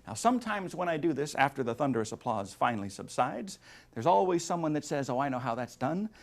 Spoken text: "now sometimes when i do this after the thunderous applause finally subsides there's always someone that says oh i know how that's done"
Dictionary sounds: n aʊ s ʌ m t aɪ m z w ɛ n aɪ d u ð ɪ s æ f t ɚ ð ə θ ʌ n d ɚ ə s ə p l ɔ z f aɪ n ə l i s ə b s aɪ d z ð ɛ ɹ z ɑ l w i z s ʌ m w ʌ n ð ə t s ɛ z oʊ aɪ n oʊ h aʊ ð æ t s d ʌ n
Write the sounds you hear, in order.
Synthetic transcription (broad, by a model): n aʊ s ʌ m t aɪ m z w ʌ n aɪ d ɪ ð ɪ s æ f t ɚ ð ə θ ʌ n d ɚ ə s ə p l ɔ z f aɪ n l i s ə b s aɪ d z ð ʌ ɹ z ɑ l w i z s ʌ m w ʌ n ð ə t s ɛ z oʊ aɪ n oʊ h aʊ ð æ t s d ʌ n